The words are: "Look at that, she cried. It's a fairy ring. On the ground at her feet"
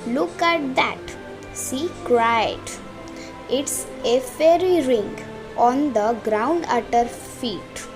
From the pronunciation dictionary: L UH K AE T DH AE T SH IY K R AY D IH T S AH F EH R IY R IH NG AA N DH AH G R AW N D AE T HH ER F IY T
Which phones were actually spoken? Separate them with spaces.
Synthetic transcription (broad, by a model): L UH K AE T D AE T S IY K R AY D IH T S AH F EH R IY R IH NG AA N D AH G R AW N D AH T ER F IY T